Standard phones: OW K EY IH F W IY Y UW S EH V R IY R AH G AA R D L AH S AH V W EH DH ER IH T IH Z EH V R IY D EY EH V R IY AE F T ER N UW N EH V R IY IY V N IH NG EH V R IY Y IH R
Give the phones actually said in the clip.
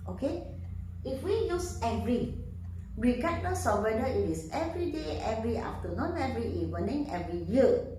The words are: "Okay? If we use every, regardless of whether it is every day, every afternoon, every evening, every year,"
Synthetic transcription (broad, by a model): OW K EY IH F W IY Y UW S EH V R IY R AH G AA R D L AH S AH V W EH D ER IH T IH S EH V R IY D EY EH V R IY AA F T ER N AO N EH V R IY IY W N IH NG EH V R IY Y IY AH